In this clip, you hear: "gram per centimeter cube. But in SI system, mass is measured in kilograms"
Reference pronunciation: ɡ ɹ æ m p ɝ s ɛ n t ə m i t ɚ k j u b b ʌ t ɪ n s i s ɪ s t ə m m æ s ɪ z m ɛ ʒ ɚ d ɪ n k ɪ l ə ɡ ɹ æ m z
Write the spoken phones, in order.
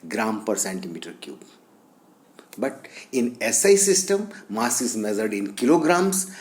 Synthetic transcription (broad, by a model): ɡ ɹ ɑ m p ɝ s ɛ n t ə m i t ɚ k j u b b ʌ t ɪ n s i s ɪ s t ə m m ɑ s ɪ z m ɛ z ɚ d ɪ n k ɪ l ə ɡ ɹ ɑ m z